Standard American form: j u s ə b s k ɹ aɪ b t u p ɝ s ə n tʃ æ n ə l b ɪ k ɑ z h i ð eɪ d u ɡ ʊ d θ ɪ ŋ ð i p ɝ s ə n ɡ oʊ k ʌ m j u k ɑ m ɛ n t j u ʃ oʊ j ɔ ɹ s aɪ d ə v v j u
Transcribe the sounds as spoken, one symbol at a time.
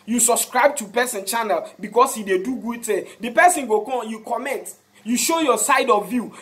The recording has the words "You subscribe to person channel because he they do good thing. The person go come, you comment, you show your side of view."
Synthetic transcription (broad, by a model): j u s ə b s k ɹ aɪ b t u p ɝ s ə n tʃ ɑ n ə l b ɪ k ɑ s h i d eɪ d u ɡ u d t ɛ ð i p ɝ s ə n ɡ oʊ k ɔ j u k ɑ m ɛ n t j u ʃ oʊ j ɔ s aɪ d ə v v j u